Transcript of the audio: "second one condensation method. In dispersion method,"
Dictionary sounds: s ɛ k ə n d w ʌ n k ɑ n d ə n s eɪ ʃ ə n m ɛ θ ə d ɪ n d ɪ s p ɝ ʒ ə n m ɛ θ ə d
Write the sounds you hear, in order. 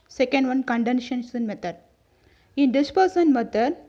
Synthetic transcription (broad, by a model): s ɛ k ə n d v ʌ n k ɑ n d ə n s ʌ s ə n m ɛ t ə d ɪ n d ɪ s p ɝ s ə n m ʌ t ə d